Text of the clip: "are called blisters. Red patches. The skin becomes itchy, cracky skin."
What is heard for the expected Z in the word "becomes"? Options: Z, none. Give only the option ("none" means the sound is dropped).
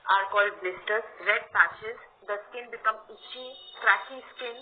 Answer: none